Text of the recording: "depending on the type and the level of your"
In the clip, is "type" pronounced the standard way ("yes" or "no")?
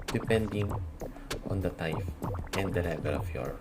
no